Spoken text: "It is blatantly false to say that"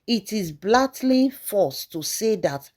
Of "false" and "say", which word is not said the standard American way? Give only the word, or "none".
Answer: false